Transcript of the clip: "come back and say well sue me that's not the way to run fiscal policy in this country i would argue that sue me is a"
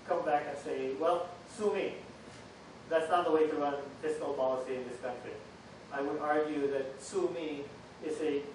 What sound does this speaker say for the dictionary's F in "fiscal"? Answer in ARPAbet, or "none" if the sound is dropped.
P